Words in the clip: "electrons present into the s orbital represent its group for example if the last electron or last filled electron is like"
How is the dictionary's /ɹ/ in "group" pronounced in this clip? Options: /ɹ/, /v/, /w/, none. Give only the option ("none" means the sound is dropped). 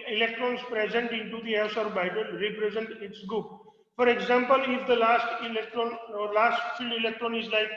none